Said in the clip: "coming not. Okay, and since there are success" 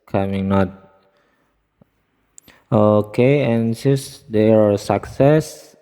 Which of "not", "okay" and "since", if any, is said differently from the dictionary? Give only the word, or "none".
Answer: since